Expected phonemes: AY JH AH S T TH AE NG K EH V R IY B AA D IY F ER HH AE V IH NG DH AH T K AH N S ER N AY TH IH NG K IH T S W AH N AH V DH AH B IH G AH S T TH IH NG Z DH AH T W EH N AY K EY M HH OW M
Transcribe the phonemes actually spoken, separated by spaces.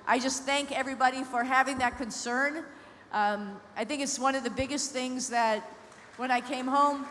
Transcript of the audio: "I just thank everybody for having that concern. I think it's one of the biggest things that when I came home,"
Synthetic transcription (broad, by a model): AY JH AH S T TH AE NG K EH V R IY B AA D IY F ER HH AE V IH NG DH AH T K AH N S ER N AY TH IH NG K IH T S W AH N AH V DH AH B IH G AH S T TH IH NG Z DH AH T W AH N AY K EY M HH OW M